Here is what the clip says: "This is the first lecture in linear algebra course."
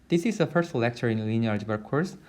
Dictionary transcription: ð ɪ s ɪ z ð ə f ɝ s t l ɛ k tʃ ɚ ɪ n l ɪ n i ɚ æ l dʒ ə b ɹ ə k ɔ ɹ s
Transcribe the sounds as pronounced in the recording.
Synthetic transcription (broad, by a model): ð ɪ s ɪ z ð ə f ɝ s t l ɛ k tʃ ɚ ɪ n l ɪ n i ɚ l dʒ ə ɹ k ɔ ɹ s